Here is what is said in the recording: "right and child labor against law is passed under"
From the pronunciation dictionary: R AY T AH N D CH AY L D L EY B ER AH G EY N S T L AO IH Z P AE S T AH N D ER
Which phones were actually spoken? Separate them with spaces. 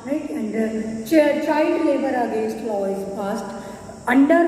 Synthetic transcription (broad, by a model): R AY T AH N D CH AY L D L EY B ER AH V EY S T L AO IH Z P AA S T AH N D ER